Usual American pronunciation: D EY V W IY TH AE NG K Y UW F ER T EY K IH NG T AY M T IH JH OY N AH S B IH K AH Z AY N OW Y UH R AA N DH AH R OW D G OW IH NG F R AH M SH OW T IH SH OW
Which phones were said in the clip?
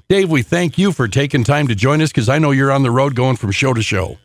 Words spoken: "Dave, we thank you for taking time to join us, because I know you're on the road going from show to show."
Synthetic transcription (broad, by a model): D EY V W IY TH AE NG K Y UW F ER T EY K IH NG T AY M T IH JH OY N AH S K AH Z AY N OW Y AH R AA N DH AH R OW D G OW IH NG F R AH M SH OW T IH SH OW